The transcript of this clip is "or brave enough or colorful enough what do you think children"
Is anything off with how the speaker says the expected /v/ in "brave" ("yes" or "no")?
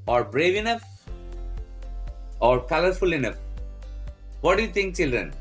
no